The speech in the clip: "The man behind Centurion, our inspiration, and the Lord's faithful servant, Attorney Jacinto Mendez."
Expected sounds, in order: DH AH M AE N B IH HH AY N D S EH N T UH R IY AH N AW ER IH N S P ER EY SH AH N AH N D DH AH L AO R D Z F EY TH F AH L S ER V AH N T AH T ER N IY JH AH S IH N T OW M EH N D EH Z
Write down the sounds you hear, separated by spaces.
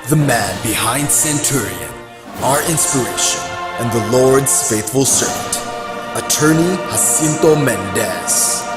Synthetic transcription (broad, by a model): DH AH M AE N B IH HH AY N D S EH N T UH R IY AH N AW ER IH N S P ER EY SH AH N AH N DH AH L AO R D Z F EY TH F AH L S ER V AH N T AH T ER N IY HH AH S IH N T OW M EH N D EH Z